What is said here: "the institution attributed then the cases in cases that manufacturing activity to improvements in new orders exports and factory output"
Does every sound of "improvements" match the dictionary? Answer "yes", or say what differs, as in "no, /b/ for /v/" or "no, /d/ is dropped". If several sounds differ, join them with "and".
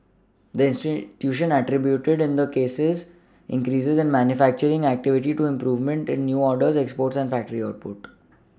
no, /s/ is dropped